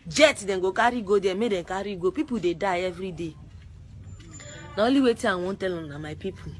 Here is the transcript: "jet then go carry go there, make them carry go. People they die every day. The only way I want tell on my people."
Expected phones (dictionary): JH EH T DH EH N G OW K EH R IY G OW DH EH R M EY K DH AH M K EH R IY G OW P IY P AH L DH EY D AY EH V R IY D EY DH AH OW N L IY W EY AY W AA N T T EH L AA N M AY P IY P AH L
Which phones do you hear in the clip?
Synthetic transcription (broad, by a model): JH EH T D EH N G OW K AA R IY G OW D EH M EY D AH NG K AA R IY G OW P IY P AH L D EY D AY EH V R IY D EY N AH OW L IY W EY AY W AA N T T EH L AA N M AY P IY P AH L